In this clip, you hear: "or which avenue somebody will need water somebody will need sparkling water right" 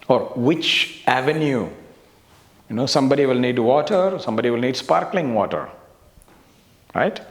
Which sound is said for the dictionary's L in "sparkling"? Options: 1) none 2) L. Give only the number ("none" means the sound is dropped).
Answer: 2